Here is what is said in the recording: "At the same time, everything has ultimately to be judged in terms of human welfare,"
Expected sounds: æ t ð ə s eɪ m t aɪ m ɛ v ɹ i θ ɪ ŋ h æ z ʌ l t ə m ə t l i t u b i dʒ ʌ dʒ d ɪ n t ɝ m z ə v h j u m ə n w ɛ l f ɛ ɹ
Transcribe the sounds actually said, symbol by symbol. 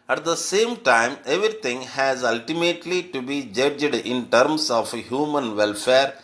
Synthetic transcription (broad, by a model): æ t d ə s eɪ m t aɪ m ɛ v ɹ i t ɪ ŋ h æ z ʌ l t ə m ə t l i t u b i dʒ ʌ dʒ d ɪ n t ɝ m s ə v h j u m ə n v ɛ l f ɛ ɹ